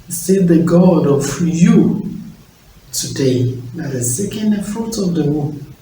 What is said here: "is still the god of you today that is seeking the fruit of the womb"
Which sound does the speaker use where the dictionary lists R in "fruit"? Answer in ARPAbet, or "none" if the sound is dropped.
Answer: R